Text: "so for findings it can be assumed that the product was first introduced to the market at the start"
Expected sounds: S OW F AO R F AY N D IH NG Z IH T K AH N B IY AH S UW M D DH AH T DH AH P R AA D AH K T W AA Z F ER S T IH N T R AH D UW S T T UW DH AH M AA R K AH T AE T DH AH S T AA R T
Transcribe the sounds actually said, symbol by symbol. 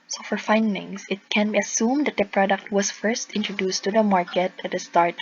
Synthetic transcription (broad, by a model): S OW F AO R F AY N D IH NG S IH T K AH N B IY AH S UW M D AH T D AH P R AA D AH K T W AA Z F ER S T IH N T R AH D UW S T T UW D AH M AA R K AH T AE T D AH S T AA R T